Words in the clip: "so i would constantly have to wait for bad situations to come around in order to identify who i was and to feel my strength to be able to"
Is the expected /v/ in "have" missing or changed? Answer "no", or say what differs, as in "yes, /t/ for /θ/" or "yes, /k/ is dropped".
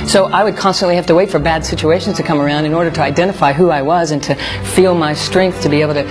yes, /f/ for /v/